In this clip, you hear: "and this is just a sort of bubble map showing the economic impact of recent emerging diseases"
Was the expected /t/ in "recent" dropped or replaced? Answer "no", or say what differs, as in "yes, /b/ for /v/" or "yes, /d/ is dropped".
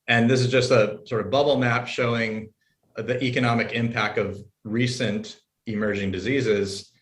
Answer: no